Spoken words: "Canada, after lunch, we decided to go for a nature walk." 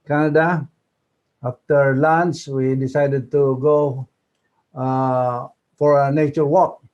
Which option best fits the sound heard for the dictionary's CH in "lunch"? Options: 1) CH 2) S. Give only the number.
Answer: 2